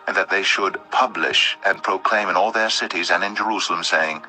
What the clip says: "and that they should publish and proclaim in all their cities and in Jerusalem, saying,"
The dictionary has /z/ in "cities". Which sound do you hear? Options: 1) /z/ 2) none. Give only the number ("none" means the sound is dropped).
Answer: 1